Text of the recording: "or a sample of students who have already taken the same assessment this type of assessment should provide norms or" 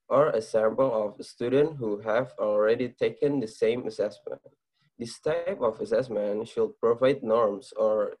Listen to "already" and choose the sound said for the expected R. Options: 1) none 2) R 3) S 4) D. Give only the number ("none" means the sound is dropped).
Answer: 2